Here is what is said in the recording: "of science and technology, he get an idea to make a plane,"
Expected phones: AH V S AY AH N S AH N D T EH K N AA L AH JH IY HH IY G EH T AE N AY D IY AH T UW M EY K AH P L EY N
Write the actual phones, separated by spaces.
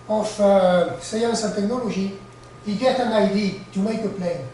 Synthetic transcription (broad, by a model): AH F S AY AH N S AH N T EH K N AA L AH ZH IY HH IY G EH T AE N AY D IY T UW M EY K AH P L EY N